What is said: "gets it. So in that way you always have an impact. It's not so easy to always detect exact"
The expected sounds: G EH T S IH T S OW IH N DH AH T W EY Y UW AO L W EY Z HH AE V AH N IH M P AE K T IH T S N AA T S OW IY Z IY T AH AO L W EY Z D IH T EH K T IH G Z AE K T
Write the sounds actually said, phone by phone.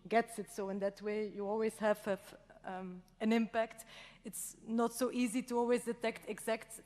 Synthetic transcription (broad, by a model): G EH T S IH T S OW IH N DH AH T W EY Y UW AO L W EY Z HH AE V AH N IH M P AE K T IH T S N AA T S OW IY Z IY T AH AO L W EY Z D IH T EH K T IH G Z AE K T